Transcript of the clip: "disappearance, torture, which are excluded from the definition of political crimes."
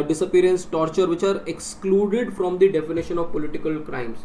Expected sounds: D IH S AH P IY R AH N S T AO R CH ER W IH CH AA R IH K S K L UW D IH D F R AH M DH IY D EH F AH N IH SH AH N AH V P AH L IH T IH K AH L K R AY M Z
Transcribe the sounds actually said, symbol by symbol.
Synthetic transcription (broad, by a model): D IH S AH P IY R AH N S T AO R CH ER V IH CH AA R IH K S K L UW D IH D F R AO M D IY D EH F AH N IH SH AH N AH V P AH L IH T IH K AH L K R AY M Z